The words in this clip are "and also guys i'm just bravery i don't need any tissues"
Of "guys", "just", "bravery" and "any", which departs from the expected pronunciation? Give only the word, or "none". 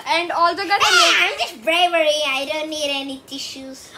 guys